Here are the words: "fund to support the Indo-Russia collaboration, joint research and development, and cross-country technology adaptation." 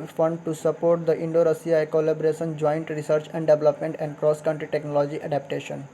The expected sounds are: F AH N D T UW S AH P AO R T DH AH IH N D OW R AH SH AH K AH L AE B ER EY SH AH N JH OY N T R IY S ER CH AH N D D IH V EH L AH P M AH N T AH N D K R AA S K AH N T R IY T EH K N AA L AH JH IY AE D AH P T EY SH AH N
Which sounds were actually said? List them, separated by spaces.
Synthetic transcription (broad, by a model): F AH N D T UW S AH P AO R T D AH IH N D OW R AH S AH K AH L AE B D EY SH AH N JH OY N T R IY S ER CH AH N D D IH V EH L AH P M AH N T AH N D K R AA S K AH N T R IY T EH K N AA L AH JH IY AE D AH P T EY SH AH N